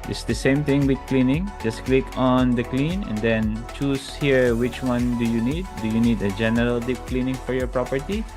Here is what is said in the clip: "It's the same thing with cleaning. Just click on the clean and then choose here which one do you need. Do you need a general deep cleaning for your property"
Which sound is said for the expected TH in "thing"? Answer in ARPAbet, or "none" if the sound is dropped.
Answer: T